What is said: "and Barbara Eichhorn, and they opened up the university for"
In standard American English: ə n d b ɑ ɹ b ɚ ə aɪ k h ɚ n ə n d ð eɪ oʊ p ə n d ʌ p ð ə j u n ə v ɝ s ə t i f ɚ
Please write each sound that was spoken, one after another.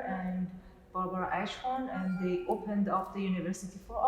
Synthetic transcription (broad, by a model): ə n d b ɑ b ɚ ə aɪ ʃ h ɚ n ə n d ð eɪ oʊ p ə n d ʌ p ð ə j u n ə v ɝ s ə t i f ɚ